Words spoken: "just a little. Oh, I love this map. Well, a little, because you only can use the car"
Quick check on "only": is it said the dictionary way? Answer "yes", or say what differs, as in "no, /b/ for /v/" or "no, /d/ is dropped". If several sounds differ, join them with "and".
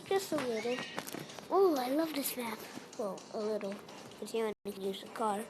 no, /l/ is dropped